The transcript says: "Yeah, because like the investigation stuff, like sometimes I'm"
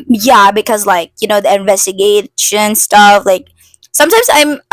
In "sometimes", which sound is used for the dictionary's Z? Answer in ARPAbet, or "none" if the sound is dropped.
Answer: Z